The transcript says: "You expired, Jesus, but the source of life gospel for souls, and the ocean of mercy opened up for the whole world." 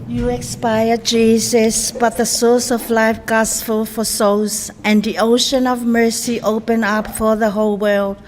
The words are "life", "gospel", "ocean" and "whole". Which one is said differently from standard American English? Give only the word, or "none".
gospel